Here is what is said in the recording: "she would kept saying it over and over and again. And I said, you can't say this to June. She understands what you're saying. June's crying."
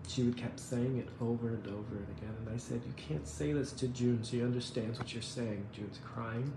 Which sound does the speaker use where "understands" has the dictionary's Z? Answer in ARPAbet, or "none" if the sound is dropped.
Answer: Z